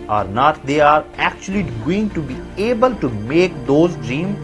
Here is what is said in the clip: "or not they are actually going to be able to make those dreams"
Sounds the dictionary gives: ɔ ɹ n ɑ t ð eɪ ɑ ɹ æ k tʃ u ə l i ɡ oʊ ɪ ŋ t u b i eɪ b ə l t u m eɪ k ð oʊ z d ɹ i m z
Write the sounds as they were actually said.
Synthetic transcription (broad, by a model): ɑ ɹ n ɑ t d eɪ ɑ ɹ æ k tʃ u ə l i ɡ oʊ ɪ ŋ t u b i eɪ b ə l t u m eɪ k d oʊ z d ɹ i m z